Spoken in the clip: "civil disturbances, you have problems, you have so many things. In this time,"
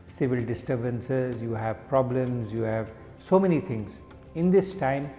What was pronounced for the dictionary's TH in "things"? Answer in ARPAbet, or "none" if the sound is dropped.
T